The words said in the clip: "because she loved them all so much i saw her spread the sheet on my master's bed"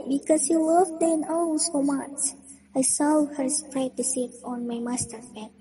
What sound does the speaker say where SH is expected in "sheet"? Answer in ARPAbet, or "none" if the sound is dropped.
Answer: S